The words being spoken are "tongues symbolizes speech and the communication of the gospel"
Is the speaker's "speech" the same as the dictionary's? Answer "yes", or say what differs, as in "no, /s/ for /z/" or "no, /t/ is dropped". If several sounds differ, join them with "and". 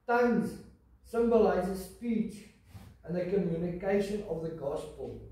yes